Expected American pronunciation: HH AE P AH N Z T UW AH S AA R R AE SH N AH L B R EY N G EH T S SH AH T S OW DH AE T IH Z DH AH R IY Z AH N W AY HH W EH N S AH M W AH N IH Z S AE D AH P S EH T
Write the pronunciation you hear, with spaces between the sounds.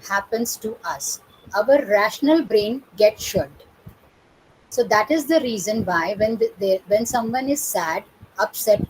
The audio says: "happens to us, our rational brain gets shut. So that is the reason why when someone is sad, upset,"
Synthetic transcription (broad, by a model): HH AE P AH N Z T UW AH S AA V R AE SH N AH L B R EY N G EH T S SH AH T S OW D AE T IH Z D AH R IY Z AH N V AY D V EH N S AH M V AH N IH Z S AE D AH P S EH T